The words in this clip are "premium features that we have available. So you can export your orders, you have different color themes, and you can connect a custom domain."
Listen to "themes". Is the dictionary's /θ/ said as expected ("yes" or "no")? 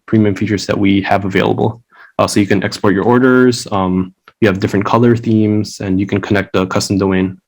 yes